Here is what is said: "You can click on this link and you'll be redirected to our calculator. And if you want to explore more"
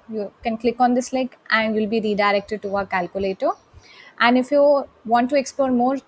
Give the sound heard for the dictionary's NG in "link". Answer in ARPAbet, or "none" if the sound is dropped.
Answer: none